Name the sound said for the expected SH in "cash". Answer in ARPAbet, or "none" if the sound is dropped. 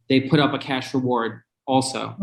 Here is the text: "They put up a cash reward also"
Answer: SH